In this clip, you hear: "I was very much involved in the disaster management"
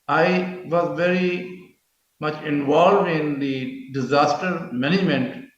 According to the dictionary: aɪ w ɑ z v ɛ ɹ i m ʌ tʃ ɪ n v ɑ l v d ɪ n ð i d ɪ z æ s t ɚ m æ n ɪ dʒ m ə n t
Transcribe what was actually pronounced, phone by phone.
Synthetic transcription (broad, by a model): aɪ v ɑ z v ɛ ɹ i m ʌ tʃ ɪ n v ɑ l v d ɪ n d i d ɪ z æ s t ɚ m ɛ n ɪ dʒ m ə n t